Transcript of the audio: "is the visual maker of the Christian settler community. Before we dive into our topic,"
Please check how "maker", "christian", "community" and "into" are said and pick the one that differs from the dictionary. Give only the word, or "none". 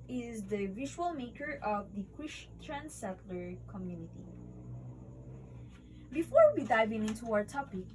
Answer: christian